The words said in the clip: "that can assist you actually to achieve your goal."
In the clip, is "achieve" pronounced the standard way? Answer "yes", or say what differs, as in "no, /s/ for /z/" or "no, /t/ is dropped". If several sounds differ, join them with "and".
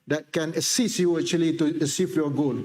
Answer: no, /s/ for /tʃ/